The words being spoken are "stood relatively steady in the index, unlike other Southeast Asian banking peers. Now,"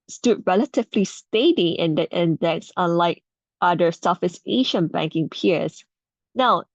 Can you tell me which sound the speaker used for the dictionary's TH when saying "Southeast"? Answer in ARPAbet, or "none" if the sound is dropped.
F